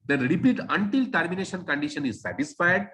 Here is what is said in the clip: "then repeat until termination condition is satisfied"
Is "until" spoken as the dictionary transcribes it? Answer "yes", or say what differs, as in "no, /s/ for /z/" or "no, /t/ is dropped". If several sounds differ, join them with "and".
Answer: yes